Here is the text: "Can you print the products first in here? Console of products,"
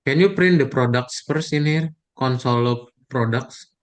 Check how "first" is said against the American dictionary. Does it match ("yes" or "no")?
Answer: no